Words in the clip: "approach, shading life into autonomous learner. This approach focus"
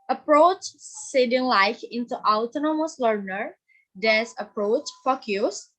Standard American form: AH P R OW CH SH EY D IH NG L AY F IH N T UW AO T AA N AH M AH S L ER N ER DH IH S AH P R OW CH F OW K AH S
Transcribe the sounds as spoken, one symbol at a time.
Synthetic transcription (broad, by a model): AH P R OW CH S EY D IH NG L AY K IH N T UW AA T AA N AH M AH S L ER N ER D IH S AH P R OW CH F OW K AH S